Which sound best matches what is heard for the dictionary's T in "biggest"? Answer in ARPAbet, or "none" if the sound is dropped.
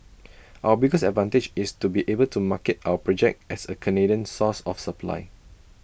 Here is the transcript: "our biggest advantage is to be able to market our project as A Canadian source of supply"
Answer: none